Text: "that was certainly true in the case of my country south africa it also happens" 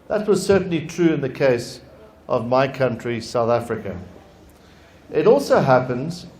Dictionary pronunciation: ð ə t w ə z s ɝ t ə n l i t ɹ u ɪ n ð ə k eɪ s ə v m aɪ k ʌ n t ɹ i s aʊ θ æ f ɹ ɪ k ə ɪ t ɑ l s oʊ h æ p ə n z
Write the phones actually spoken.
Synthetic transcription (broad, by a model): ð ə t w ə z s ɝ t n l i t ɹ u ɪ n ð ə k eɪ s ə v m aɪ k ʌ n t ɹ i s aʊ θ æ f ɹ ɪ k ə ɪ t ɑ l s oʊ h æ p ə n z